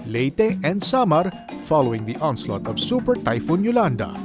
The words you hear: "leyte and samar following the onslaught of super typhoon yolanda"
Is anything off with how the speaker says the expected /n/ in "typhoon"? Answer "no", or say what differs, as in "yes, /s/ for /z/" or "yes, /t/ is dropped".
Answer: no